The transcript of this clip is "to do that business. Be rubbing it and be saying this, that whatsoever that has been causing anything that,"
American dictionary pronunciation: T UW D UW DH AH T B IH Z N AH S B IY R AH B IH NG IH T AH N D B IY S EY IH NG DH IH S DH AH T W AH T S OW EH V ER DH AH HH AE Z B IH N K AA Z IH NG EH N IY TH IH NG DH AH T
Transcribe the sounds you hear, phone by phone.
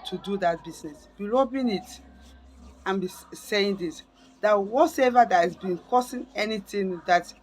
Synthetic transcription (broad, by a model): T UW D UW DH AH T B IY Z N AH S B IY L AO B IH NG IH T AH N B IY S EY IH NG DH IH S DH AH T W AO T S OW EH V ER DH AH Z B IH N K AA S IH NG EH N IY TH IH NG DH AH T